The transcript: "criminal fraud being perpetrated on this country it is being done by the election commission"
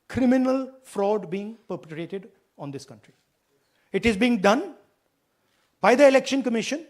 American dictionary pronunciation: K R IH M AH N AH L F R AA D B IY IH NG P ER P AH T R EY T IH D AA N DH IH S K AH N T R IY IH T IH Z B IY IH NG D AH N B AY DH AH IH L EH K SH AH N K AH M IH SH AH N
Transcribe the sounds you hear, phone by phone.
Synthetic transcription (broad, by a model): K R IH M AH N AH L F R AA D B IY IH NG P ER P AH T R EY T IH D AA N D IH S K AH N T R IY IH T IH Z B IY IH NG D AH N B AY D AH IH L EH K SH AH N K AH M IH SH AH N